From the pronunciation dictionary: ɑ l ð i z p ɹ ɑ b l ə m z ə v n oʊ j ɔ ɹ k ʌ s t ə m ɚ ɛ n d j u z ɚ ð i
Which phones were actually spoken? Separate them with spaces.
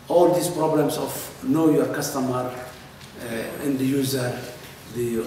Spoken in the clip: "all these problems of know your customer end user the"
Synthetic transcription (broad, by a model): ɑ l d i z p ɹ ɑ b l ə m s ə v n oʊ j ɔ ɹ k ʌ s t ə m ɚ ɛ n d j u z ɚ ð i